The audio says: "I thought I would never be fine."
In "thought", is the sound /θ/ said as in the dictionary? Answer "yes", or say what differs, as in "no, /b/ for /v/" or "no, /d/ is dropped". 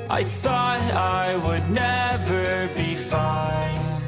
yes